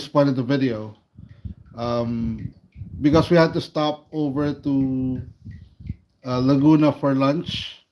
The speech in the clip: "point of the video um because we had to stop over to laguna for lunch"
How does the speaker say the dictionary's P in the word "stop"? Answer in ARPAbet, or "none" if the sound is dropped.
P